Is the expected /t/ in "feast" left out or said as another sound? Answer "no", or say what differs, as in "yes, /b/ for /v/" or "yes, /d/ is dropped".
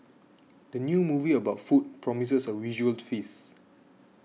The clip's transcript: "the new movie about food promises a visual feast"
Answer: yes, /t/ is dropped